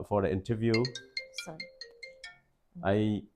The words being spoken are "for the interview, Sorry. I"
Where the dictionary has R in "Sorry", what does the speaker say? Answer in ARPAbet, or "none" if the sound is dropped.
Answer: none